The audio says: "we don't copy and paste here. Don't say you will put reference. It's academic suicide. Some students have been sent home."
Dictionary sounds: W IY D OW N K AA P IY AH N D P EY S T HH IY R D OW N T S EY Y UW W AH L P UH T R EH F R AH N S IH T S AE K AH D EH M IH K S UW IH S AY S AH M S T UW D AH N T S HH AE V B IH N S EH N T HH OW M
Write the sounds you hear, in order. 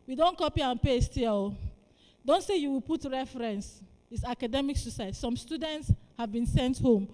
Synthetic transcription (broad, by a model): W IY D OW N K AA P IY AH N P EY S T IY L D OW N T S EY Y UW W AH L P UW T R EH F R AH N S IH T S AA K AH D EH M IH K S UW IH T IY S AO M S T UW D AH N T S HH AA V B IH N S EH N T HH OW M